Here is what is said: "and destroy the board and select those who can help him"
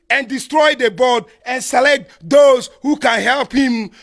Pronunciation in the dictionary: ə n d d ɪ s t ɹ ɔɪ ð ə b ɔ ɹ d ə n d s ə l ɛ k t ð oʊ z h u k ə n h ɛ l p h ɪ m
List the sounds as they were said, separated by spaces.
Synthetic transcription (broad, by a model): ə n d d ɪ s t ɹ ɔɪ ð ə b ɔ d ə n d s ə l ɛ k t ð oʊ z h u k ə n h ɛ l p h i m